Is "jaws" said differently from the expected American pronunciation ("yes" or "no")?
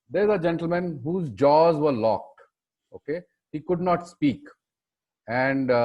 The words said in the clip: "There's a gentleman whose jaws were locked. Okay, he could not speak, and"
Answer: no